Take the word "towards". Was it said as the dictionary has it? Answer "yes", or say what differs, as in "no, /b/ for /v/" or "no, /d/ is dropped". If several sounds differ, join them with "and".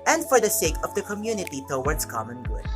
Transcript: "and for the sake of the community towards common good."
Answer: no, /s/ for /z/